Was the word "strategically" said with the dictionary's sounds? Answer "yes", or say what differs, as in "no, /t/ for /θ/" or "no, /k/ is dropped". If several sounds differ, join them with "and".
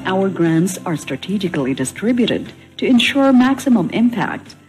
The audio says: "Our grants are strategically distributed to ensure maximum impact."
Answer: yes